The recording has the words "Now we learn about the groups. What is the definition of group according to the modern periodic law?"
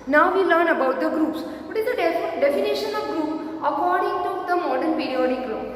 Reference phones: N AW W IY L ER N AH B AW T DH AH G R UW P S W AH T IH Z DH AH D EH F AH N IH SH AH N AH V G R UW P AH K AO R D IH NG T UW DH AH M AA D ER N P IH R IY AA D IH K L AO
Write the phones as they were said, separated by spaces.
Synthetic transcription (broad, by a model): N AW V IY L ER N AH B AW T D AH G R UW P S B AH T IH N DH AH D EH F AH N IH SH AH N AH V G R UW P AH K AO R D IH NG T UW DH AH M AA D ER N P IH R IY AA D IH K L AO